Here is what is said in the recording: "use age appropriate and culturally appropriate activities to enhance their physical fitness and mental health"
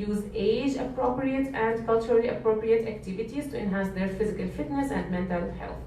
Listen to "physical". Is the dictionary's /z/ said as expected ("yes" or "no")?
yes